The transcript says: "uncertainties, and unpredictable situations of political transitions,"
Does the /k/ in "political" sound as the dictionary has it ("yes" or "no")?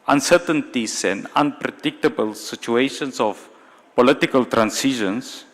yes